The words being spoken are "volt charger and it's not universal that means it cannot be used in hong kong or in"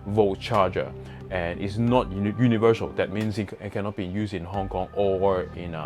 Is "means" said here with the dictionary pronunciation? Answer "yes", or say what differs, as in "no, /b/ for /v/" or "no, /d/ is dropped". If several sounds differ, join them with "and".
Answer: no, /s/ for /z/